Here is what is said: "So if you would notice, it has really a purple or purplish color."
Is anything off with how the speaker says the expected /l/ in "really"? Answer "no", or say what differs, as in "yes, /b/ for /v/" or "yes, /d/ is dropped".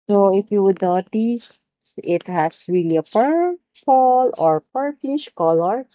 no